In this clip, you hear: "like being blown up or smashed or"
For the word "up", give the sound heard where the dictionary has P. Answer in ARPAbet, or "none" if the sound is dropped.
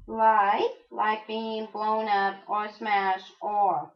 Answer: P